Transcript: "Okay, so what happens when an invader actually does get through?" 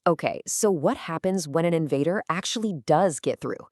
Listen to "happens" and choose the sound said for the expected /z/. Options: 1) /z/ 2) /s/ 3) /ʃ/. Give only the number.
1